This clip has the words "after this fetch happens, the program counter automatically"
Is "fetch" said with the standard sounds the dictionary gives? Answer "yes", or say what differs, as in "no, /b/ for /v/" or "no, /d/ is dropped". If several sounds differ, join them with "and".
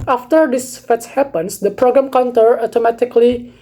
no, /s/ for /tʃ/